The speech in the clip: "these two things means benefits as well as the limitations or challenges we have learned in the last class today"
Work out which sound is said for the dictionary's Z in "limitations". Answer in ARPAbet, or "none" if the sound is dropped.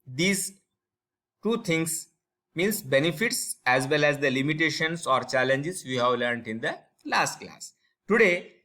S